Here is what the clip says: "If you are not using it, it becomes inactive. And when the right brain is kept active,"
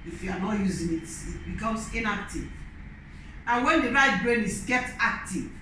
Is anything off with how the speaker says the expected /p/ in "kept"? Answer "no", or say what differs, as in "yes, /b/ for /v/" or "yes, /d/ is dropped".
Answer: yes, /p/ is dropped